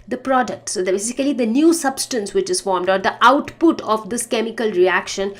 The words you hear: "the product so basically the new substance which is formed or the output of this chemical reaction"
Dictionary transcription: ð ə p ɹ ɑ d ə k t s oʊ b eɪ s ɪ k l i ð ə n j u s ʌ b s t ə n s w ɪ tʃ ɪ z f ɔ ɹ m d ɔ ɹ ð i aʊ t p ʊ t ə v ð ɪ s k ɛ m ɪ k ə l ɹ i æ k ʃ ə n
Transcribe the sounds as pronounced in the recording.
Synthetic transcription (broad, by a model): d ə p ɹ ɑ d ə k t s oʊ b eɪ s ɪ k l i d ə n j u s ʌ b s t ə n s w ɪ tʃ ɪ z f ɔ ɹ m d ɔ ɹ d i aʊ t p ʊ t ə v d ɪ s k ɛ m ɪ k ə l ɹ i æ k ʃ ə n